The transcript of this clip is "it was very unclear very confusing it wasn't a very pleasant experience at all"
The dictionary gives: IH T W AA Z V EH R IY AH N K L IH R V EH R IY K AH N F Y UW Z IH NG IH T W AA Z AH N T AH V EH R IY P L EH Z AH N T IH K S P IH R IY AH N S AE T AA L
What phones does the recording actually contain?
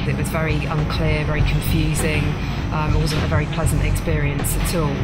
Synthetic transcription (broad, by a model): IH T W AA Z V EH R IY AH N K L IH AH V EH R IY K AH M F Y UW Z IH NG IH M W AA Z AH N T AH V EH R IY P L EH Z AH N T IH K S P IH R IY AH N S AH T AA L